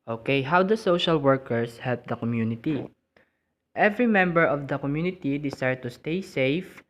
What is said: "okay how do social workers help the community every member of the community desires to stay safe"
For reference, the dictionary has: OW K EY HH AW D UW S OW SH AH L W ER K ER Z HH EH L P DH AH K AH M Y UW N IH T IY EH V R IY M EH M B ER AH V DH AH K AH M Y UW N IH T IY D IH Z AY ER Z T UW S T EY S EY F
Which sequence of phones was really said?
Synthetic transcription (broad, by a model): OW K EY HH AW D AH S OW SH AH L W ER K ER S HH EH L P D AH K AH M Y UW N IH T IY EH V R IY M EH M B ER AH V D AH K AH M Y UW N IH T IY D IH S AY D T UW S T EY S EY F